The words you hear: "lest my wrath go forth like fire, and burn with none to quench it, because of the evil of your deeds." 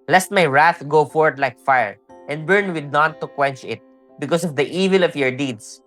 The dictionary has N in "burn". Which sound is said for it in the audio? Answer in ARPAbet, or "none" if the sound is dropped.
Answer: N